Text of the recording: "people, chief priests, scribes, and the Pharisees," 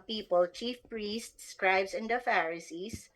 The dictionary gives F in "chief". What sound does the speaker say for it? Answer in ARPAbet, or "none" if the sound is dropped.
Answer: F